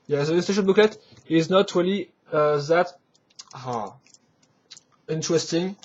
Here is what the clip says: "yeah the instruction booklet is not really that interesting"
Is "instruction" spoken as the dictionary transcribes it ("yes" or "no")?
no